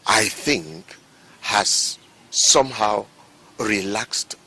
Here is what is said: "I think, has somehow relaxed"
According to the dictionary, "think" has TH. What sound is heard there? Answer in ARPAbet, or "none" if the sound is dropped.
TH